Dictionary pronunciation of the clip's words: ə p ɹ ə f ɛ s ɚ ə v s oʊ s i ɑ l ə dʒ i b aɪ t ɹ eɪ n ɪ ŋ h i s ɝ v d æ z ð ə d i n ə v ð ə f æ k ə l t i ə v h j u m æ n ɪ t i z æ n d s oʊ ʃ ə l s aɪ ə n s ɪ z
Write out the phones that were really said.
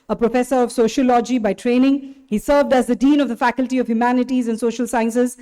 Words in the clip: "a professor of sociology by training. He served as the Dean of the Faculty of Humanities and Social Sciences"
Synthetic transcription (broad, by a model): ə p ɹ ə f ɛ s ɚ ə v s oʊ ʃ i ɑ l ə dʒ i b aɪ t ɹ eɪ n ɪ ŋ h i s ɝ v d æ z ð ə d i n ə v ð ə f æ k ə l t i ə v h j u m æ n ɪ t i z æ n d s oʊ ʃ ə l s aɪ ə n s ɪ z